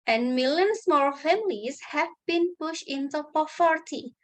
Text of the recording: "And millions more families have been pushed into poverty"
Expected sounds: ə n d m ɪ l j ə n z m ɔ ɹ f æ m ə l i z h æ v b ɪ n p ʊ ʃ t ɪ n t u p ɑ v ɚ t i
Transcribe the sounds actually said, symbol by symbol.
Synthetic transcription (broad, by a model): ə n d m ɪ l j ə n s m ɔ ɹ f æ m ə l i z h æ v b ɪ n p ʊ ʃ t ɪ n t u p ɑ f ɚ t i